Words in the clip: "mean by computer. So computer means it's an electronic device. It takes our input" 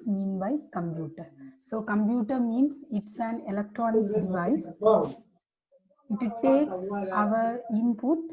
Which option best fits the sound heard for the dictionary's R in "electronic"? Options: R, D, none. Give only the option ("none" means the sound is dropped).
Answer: R